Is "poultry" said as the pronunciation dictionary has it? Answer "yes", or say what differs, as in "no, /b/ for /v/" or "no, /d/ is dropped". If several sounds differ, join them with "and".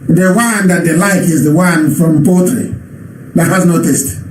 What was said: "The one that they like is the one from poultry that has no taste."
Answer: no, /l/ is dropped